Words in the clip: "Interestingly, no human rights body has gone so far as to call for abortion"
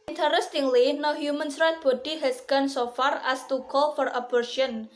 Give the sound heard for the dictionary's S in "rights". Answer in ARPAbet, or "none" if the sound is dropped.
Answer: none